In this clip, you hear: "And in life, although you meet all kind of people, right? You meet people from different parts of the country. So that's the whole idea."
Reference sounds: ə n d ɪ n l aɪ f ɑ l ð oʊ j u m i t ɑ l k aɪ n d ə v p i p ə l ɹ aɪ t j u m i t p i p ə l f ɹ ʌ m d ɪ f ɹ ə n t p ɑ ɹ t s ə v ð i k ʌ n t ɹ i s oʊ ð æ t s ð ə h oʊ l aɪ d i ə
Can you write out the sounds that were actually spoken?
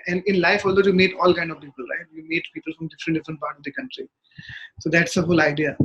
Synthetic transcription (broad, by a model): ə n d ɪ n l aɪ f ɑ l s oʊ j u m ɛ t ɑ l k aɪ n d ə v p i p ə l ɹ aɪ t j u m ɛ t p i p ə l f ɹ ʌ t d ɪ f ɹ ə n t p ɑ ɹ t ə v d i k ʌ n t ɹ i s oʊ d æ t s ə h oʊ l aɪ d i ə